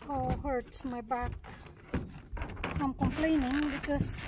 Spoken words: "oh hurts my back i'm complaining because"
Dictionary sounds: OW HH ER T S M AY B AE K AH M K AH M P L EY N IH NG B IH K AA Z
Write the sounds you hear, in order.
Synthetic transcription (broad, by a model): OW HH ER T M AY B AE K AH M K AH M P L EY N IH NG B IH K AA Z